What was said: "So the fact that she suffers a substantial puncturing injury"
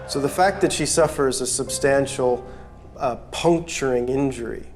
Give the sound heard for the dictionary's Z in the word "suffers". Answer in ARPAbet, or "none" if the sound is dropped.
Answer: Z